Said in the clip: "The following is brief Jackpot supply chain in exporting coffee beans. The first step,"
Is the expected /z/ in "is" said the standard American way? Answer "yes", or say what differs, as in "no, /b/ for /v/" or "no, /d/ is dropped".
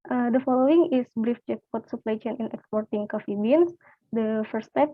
no, /s/ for /z/